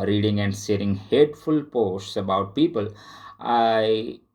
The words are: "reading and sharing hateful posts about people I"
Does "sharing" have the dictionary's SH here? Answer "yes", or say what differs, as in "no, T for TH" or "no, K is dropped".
no, S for SH